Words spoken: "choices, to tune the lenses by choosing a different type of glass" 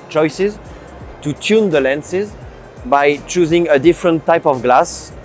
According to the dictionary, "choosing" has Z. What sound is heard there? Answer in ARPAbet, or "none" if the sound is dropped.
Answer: Z